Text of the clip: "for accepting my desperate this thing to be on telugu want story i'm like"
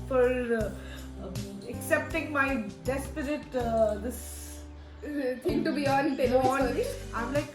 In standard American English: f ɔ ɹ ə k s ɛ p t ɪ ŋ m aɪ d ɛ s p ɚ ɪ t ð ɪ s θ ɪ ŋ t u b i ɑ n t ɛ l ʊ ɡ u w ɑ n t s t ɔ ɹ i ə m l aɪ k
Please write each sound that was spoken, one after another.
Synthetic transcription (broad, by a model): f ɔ ɹ ə k s ɛ p t ɪ ŋ m aɪ d ɛ s p ɚ ɪ t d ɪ s t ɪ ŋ t u b i ɑ n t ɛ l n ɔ i ə m l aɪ k